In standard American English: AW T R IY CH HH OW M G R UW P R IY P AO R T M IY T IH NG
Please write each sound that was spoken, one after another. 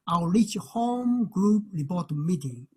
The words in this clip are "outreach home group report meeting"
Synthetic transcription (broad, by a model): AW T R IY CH HH OW M G R UW P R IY B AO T M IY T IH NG